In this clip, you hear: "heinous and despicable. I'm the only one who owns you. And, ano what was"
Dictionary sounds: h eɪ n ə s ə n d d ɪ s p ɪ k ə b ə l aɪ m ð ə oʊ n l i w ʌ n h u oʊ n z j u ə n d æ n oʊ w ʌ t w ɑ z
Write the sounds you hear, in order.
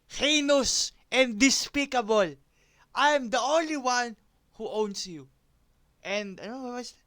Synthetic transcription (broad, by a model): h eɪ n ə s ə n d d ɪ s p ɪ k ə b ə l aɪ m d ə oʊ n l i w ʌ n h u oʊ n s j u ə n d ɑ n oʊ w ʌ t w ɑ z